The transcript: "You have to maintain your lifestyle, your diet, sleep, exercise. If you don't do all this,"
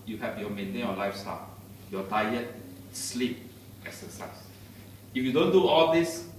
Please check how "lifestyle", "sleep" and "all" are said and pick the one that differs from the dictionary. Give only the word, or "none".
none